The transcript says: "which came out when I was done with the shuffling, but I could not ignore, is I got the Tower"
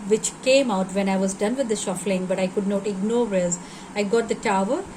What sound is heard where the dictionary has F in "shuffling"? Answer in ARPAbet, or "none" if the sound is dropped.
F